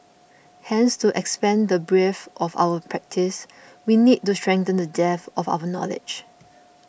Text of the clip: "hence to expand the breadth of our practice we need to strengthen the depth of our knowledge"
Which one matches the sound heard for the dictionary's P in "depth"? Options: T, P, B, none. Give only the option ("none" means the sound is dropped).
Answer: none